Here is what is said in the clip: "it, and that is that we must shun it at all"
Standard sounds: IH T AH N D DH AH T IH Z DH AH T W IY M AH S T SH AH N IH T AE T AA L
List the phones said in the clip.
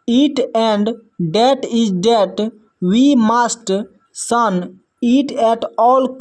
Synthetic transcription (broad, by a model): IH T AH N D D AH T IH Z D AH T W IY M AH S T S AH N IH T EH T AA L